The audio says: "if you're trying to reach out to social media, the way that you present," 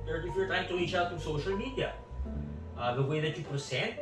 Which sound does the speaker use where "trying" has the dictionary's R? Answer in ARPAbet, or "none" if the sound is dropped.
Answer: none